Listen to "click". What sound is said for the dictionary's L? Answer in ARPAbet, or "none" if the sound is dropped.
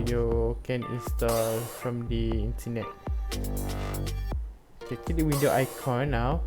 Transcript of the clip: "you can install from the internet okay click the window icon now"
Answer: none